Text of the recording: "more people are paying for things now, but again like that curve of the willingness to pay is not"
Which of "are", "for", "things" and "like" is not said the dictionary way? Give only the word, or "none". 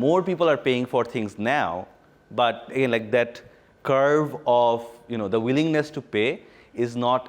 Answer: things